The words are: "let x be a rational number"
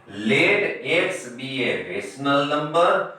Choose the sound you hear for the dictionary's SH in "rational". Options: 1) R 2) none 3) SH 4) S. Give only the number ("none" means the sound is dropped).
4